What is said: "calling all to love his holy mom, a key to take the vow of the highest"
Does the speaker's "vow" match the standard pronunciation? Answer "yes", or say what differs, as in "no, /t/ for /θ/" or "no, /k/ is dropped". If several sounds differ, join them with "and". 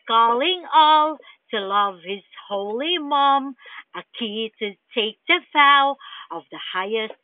no, /f/ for /v/